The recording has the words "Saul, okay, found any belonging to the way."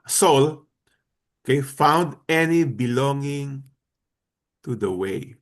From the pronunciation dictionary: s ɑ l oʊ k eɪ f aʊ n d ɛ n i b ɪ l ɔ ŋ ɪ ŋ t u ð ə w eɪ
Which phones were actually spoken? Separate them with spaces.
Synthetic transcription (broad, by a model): s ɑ l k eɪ f aʊ n d ɛ n i b ɪ l ɔ ŋ ɪ ŋ t u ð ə w eɪ